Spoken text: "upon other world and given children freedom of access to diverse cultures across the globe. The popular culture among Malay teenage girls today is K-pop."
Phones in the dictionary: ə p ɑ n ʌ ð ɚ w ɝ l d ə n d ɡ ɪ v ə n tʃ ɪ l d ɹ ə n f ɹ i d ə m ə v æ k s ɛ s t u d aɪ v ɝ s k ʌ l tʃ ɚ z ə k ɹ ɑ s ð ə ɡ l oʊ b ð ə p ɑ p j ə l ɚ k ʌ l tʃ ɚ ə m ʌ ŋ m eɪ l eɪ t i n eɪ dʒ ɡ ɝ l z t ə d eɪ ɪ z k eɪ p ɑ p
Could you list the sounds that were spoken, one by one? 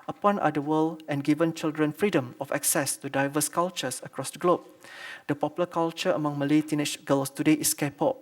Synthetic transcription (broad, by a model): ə p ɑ n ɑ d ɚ w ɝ l ə n ɡ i v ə n tʃ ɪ l d ɹ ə n f ɹ i d ə m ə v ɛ k s ɛ s t u d aɪ v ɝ s k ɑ l tʃ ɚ s ə k ɹ ɑ s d ə ɡ l oʊ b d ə p ɑ p j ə l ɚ k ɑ l tʃ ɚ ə m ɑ ŋ m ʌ l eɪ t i n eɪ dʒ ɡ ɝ l s t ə d eɪ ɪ s k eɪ p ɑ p